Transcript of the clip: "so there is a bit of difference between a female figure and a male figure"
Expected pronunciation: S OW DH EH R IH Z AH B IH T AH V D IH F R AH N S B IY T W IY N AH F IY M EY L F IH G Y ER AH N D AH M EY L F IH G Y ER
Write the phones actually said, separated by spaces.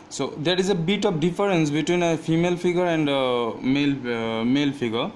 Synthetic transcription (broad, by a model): S OW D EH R IH Z AH B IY T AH P D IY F R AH N S B IY T W IY N AH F IY M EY L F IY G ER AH N D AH M EY L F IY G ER